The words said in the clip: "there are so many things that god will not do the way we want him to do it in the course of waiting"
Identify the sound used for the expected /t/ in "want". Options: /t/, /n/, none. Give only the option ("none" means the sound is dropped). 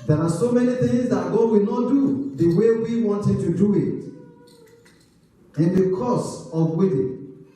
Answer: /t/